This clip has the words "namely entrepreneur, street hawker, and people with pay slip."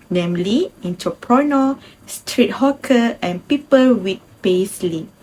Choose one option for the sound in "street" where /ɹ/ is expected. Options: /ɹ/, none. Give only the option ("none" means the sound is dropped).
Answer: /ɹ/